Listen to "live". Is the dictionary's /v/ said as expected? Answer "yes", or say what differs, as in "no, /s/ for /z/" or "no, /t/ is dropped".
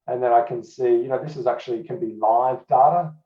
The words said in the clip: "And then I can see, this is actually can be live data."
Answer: yes